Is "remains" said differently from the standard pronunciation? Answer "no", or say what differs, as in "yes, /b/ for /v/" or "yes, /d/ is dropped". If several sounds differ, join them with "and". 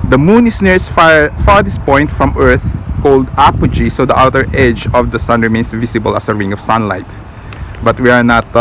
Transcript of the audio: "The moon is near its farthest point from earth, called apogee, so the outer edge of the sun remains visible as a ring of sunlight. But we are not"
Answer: yes, /s/ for /z/